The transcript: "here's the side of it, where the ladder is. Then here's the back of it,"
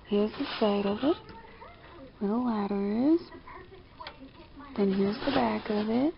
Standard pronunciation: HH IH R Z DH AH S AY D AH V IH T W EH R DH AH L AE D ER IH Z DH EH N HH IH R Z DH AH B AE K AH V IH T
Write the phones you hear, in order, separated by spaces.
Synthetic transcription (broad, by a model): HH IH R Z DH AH S AY D AH V IH T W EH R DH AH W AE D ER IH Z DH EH N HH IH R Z DH AH B AE K AH V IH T